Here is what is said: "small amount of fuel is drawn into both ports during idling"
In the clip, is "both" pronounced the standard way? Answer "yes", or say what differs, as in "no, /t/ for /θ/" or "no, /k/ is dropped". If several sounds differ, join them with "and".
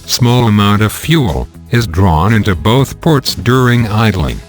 yes